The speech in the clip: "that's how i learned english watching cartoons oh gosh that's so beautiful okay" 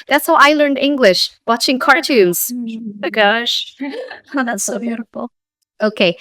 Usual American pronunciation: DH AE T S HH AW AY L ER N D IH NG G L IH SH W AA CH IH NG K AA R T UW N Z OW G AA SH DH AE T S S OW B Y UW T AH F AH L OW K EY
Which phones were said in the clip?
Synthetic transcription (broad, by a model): DH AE T S HH AW AY L ER N D IH NG G L IH SH W AA CH IH NG K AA R T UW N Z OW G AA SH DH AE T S S OW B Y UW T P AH OW K EY